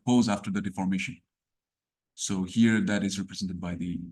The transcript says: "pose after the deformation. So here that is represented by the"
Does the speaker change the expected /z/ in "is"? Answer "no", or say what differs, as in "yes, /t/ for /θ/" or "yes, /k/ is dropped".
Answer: no